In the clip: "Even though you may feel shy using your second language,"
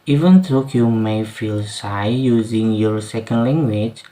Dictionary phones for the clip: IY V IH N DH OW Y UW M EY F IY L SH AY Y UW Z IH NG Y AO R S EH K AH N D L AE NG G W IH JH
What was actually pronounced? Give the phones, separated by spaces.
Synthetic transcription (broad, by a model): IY V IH N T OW Y UW M EY F IY L S AY Y UW Z IH NG Y AO R S EH K AH N D L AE NG G W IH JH